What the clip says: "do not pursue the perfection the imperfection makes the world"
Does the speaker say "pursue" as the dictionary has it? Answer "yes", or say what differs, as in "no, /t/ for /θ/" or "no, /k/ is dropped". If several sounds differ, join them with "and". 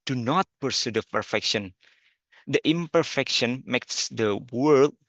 yes